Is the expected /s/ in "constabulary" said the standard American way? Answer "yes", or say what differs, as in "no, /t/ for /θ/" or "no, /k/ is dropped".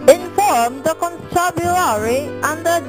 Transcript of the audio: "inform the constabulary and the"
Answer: no, /s/ is dropped